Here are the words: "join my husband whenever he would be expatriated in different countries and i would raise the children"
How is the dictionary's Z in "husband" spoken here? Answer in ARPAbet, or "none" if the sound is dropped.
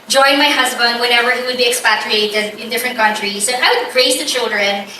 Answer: Z